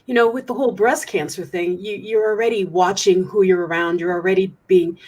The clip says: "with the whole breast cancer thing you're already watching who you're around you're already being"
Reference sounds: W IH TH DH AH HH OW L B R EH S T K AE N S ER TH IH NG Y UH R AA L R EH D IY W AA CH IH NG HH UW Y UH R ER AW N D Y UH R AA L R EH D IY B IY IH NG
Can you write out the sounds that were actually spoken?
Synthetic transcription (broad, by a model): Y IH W DH AH HH OW L B R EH S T K AE N S ER TH IH NG Y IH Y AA L R EH D IY W AA CH IH NG HH UW Y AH R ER AW N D Y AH R L R EH D IY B IY IH NG